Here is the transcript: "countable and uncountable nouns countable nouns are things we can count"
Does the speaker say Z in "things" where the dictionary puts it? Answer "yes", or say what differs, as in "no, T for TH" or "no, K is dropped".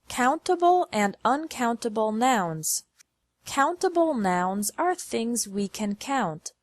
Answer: yes